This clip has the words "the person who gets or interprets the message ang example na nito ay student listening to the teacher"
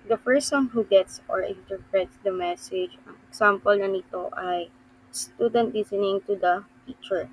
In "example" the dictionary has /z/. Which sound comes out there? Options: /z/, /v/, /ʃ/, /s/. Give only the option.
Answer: /s/